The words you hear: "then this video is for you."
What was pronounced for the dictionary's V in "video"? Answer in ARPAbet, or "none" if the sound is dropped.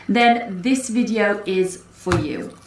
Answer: V